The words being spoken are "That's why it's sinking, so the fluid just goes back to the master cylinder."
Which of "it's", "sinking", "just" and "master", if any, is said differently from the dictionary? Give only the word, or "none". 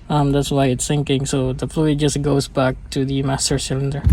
sinking